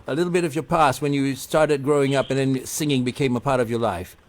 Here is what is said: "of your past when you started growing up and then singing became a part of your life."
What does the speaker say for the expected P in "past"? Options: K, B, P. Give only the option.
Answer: P